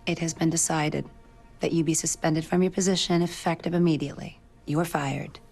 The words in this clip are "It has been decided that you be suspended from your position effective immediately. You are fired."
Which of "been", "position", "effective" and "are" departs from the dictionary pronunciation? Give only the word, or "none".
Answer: none